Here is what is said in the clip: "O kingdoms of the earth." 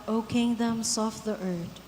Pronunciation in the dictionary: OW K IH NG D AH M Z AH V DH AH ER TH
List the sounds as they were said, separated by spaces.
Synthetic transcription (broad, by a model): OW K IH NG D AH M S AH F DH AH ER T